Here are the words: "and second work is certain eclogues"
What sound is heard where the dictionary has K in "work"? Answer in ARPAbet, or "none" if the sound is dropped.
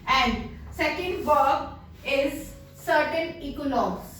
none